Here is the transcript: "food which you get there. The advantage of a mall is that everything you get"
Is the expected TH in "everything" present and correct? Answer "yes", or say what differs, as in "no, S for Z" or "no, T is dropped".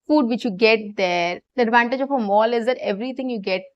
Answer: no, T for TH